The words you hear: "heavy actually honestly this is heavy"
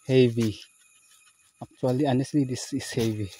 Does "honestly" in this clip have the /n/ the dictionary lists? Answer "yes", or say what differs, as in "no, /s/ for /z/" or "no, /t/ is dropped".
yes